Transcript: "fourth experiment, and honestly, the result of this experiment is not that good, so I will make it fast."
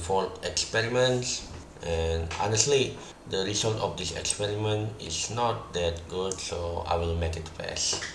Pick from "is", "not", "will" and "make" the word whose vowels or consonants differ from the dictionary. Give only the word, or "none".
is